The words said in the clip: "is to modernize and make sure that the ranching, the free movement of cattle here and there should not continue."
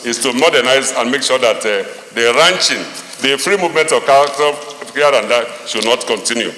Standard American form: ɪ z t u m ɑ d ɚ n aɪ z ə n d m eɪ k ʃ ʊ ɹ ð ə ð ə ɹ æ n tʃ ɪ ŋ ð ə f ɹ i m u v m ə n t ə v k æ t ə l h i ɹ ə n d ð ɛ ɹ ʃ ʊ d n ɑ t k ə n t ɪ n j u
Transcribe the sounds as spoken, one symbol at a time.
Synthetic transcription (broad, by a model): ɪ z t u m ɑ d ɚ n aɪ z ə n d m eɪ k ʃ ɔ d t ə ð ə ɹ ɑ n tʃ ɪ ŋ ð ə f ɹ i m u v m ə n t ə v k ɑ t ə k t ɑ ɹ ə n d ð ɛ ʃ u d n ɑ t k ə n t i n j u